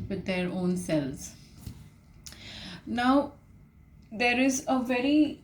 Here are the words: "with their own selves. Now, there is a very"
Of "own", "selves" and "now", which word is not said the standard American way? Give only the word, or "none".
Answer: selves